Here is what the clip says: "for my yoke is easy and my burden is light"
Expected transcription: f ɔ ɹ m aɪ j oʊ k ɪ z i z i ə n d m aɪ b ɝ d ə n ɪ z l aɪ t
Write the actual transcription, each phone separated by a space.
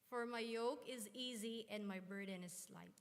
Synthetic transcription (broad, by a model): f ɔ ɹ m aɪ j oʊ k ɪ z i z i ə n d m aɪ b ɝ d ə n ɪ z l aɪ t